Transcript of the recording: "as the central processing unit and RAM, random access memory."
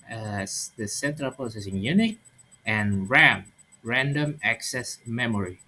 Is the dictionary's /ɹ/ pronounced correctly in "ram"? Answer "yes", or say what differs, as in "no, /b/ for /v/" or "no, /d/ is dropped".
yes